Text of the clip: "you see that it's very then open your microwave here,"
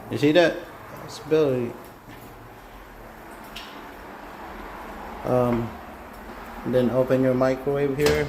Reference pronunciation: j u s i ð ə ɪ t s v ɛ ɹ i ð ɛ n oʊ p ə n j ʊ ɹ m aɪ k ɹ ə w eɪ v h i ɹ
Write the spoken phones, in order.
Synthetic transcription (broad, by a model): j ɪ s i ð ɪ t s b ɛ l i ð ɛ n oʊ p ə n j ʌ ɹ m aɪ k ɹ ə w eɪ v h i ɹ